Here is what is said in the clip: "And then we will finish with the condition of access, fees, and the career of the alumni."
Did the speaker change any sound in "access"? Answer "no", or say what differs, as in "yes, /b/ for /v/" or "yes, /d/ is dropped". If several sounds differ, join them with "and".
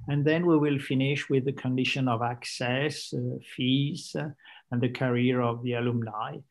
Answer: no